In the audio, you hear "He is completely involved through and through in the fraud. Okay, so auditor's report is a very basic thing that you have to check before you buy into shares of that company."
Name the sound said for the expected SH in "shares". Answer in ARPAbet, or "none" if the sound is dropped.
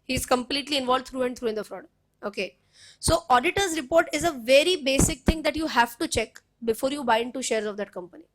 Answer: SH